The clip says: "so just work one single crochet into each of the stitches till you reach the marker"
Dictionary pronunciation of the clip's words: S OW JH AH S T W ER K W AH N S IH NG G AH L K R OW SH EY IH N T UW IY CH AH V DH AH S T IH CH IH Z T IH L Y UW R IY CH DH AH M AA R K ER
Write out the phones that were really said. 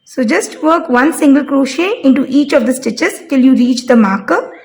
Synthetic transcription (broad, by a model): S OW JH AH S T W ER K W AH N S IH NG G AH L K R OW SH EY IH N T UW IY CH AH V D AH S T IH CH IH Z T IH L Y UW R IY CH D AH M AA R K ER